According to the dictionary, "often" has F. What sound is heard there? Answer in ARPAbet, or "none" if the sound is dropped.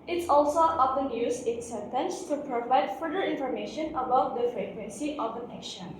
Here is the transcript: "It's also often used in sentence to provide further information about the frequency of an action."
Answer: P